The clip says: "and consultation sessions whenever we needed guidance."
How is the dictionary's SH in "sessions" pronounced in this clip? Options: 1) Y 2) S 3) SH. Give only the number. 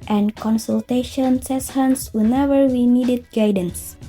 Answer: 2